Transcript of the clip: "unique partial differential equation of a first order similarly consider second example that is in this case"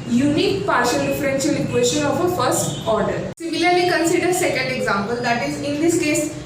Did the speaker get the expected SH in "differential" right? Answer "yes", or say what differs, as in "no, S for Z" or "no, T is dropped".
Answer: no, S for SH